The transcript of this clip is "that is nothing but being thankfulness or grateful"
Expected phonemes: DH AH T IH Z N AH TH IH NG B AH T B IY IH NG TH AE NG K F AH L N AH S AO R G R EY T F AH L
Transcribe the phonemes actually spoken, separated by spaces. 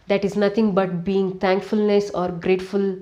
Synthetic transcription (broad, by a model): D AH T IH Z N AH T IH NG B AH T B IY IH NG T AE NG K F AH L N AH S AO R G R EY T F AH L